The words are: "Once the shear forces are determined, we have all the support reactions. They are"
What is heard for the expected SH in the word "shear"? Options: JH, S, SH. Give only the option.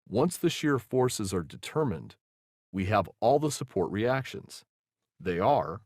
SH